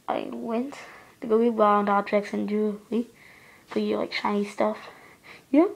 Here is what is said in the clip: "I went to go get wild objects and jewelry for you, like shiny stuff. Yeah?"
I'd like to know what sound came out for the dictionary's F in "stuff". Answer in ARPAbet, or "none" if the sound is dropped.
F